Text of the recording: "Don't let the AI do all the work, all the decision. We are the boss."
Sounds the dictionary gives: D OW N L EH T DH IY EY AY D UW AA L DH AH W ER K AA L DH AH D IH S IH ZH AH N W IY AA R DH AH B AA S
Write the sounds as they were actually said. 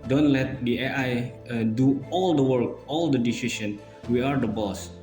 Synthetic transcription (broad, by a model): D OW N L EH T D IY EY AY D UW AA L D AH W ER K AA L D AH D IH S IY S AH N W IY AA R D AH B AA S